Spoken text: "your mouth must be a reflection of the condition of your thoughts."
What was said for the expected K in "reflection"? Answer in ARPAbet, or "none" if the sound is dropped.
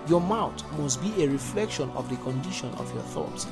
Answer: K